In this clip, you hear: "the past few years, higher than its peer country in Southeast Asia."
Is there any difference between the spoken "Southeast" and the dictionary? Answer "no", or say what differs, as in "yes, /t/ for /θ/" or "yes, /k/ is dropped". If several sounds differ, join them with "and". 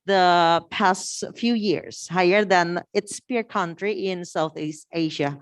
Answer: no